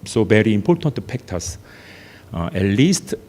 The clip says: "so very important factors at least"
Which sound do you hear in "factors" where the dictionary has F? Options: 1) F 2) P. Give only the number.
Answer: 2